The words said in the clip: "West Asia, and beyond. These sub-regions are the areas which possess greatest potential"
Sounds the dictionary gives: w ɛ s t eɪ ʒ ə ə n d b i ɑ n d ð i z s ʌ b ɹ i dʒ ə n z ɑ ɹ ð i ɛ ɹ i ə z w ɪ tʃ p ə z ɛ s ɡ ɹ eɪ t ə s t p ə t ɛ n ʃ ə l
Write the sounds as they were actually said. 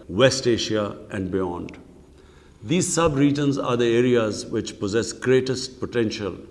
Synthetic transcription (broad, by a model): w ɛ s t eɪ ʃ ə ə n d b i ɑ n d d i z s ʌ b ɹ i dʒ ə n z ɑ ɹ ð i ɛ ɹ i ə z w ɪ tʃ p ə z ɛ s ɡ ɹ eɪ t ə s t p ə t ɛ n ʃ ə l